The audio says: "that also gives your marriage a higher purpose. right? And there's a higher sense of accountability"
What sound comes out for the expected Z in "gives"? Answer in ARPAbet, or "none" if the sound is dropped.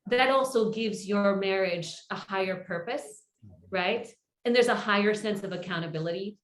Z